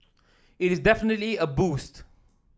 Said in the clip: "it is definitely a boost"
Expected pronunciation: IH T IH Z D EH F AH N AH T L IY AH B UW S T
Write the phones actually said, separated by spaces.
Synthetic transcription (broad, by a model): IH T IH Z D EH F AH N AH T L IY AH B UW S T